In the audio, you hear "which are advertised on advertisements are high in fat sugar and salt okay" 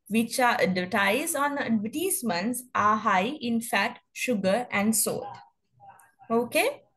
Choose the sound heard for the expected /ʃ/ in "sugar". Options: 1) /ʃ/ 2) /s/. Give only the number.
1